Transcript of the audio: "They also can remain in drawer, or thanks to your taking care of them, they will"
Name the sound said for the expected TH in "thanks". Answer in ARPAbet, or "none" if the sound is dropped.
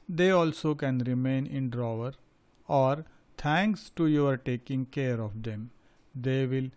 T